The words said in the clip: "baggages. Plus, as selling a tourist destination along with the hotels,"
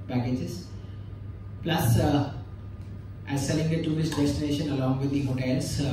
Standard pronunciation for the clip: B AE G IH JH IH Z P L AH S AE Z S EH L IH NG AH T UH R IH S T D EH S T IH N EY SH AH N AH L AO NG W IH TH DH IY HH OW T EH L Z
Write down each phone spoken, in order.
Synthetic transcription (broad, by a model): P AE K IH JH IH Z P L AH S AE Z S EH L IH NG AH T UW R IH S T D EH S T IH N EY SH AH N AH L AO NG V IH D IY HH OW T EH L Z